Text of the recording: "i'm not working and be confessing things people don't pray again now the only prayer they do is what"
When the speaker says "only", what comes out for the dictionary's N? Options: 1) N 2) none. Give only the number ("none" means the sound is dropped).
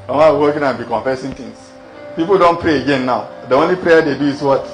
1